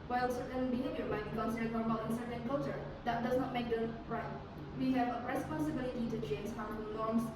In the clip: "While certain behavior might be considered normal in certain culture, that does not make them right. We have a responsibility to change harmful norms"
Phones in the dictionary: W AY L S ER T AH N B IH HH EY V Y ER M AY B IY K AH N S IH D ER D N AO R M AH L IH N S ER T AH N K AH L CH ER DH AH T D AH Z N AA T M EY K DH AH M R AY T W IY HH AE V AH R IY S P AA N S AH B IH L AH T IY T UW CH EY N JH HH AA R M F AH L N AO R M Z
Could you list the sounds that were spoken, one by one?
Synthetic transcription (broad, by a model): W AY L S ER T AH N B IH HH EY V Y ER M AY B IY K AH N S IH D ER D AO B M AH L IH N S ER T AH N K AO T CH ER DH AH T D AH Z N AA T M EY K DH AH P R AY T W IY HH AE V AH R IY S P AA N S AH B IH L AH T IY T UW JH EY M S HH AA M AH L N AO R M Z